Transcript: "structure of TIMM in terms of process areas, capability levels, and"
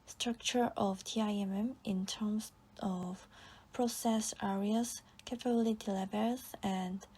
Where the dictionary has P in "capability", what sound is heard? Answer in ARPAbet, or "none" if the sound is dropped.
F